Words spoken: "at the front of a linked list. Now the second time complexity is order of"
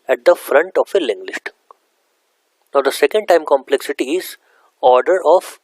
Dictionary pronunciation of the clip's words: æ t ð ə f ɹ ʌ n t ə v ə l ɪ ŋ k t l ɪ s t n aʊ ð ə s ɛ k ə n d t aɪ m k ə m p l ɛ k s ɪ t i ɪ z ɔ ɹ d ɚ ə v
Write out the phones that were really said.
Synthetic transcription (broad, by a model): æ t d ə f ɹ ʌ n t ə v ə l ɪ ŋ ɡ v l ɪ ʃ t n aʊ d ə s ɛ k ə n d t aɪ m k ə m p l ɛ k s ɪ t i ɪ z ɔ ɹ d ɚ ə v